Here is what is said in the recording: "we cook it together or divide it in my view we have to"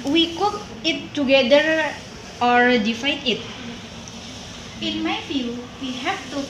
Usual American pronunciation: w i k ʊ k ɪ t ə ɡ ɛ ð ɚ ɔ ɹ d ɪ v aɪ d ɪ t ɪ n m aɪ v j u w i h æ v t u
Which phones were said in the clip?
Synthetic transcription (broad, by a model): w i k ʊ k ɪ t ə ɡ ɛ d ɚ ɔ ɹ d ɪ f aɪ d ɪ t ɪ n m aɪ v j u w i h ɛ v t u